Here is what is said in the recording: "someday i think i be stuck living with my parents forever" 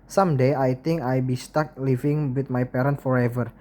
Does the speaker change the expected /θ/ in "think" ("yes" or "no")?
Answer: yes